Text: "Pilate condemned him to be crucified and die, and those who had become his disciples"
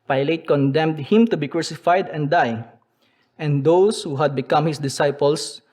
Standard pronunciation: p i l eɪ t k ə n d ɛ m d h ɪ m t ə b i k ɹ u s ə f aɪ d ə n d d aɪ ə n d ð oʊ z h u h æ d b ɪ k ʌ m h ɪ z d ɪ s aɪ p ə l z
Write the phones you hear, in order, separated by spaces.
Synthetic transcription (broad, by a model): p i l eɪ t k ə n d ɛ m d h ɪ m t ə b i k ɹ u s ə f aɪ d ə n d d aɪ ə n d oʊ s h u h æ d b ɪ k ʌ m h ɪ s d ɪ s aɪ p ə l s